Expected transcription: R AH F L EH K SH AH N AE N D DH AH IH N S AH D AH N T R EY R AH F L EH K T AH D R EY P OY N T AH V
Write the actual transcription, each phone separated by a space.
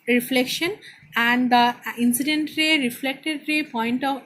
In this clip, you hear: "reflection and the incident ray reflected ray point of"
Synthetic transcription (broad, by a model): R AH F L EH K SH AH N AE N D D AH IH N S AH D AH N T R EY R AH F L EH K T AH D R EY P OY N T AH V